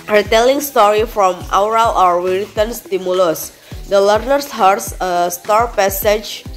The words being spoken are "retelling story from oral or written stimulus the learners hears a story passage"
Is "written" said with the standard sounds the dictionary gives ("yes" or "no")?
no